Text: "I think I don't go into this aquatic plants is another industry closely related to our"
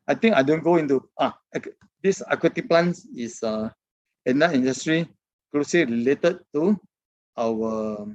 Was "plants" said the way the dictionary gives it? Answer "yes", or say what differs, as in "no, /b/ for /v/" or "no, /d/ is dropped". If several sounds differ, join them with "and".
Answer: no, /s/ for /t/